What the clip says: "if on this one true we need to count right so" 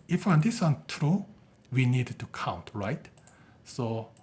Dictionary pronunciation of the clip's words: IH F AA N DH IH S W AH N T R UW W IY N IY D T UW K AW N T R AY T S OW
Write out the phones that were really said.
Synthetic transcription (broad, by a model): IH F AA N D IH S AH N T R UW W IY N IY D T UW K AW N T R AY T S OW